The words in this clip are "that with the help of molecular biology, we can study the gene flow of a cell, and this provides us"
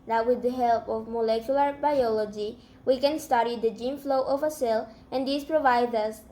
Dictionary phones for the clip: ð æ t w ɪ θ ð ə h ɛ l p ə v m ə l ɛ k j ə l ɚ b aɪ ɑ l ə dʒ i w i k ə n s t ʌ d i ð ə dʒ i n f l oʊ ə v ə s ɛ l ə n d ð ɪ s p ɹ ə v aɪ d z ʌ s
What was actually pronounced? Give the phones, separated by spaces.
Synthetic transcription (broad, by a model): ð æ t w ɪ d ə h ɛ l p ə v m ə l ɛ k j ə l ɚ b aɪ ɑ l ə dʒ i w i k ə n s t ʌ d i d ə dʒ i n f l oʊ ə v ə s ɛ l ə n d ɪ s p ɹ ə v aɪ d ʌ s